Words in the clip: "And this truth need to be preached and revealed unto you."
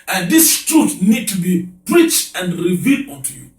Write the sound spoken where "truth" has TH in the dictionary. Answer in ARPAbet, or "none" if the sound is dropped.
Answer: T